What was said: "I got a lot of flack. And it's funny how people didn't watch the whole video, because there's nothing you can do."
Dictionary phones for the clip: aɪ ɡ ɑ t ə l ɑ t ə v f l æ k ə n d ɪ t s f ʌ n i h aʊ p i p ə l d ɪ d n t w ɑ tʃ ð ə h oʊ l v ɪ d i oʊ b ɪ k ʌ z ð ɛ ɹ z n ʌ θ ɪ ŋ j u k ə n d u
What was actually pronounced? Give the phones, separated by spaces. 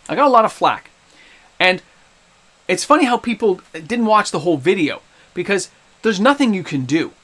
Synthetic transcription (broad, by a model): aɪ ɡ ɑ t ə l ɑ t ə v f l æ k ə n ɪ t s f ʌ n i h aʊ p i p l d ɪ d n t w ɑ tʃ ð ə h oʊ l v ɪ d i oʊ b ɪ k ʌ z ð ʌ ɹ z n ʌ θ ɪ ŋ j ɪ k ə n d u